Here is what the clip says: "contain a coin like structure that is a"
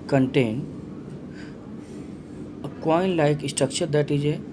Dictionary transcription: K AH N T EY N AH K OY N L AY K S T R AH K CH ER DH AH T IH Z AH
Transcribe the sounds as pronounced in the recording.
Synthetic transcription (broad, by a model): K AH N T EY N AH K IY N L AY K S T AH K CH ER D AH T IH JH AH